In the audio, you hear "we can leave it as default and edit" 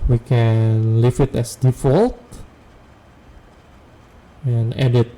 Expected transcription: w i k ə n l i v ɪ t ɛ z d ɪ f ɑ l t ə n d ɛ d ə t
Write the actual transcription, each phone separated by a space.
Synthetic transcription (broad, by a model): w i k ə n l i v ɪ t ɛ s d ɪ f ɑ l t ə n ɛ d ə t